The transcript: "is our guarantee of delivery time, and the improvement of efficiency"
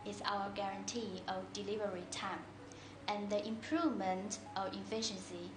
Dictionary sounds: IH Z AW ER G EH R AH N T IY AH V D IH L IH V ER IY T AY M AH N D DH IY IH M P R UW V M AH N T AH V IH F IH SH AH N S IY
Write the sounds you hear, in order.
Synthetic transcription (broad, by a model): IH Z AW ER G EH R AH N T IY AH V D IH L IH V ER IY T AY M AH N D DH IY IH M P R UW V M AH N T AH V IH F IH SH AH N S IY